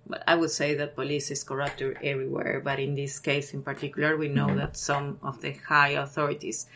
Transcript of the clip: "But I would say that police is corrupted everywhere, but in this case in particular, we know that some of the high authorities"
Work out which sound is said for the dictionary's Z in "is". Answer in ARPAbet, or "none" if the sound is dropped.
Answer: S